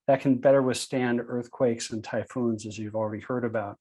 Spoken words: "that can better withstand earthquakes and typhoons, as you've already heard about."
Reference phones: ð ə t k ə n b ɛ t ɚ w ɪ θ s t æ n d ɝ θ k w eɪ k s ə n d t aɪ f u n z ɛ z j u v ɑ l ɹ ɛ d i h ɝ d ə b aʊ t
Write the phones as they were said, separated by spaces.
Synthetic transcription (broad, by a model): ð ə t k n b ɛ t ɚ w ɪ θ s t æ n d ɝ θ k w eɪ k s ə n t aɪ f u n z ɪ z j u v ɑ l ɹ ɛ d i h ɝ d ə b aʊ t